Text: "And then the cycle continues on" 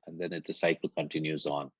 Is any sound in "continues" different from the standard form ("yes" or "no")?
no